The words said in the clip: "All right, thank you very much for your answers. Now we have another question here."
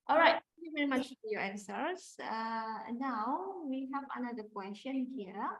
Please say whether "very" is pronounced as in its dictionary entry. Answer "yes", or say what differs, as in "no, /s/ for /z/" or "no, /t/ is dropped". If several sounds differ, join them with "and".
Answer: yes